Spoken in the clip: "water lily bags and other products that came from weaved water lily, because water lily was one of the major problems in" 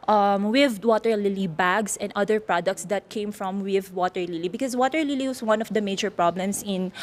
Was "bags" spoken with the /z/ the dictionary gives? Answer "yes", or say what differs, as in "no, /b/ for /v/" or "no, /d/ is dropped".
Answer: no, /s/ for /z/